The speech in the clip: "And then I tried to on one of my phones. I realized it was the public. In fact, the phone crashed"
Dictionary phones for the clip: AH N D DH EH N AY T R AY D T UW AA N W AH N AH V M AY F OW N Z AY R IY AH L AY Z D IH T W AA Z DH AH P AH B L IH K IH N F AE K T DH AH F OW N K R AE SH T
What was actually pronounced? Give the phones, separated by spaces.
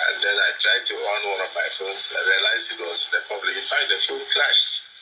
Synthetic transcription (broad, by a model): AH N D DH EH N AY T R AY D T UW AA N W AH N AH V M AY F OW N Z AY R IY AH L AY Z IH T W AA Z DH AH P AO B L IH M IH N F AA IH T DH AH F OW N K R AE SH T